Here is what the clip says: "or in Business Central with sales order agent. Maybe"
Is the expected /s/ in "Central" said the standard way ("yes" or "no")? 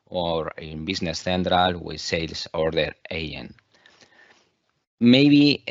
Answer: no